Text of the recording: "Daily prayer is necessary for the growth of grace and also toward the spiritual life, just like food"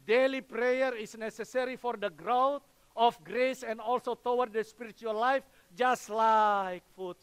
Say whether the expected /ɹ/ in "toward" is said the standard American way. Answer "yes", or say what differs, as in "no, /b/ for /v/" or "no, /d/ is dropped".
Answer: no, /w/ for /ɹ/